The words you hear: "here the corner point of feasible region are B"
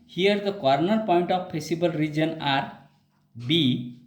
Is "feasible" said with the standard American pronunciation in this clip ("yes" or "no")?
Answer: no